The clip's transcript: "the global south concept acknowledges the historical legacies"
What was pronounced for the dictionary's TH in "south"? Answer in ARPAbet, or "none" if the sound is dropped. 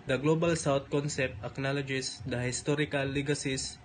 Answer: T